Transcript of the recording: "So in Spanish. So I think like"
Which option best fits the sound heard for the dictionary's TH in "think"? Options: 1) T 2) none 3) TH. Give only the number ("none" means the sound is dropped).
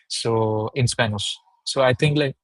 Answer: 1